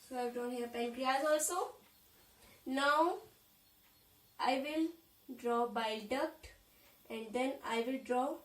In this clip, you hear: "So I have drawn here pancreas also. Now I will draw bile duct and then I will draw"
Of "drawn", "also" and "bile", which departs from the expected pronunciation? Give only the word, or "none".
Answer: drawn